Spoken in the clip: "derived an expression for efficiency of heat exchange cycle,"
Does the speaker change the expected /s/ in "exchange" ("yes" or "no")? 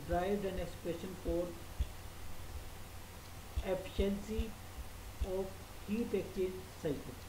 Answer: yes